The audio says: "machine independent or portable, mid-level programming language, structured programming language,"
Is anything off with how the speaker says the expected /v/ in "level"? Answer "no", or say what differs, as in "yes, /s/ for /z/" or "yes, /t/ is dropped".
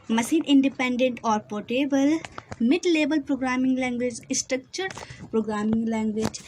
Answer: yes, /b/ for /v/